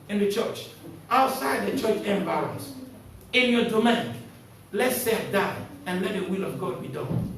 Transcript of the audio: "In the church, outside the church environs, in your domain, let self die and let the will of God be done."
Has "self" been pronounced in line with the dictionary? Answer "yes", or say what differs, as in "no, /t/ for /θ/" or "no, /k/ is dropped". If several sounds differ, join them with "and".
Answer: no, /l/ is dropped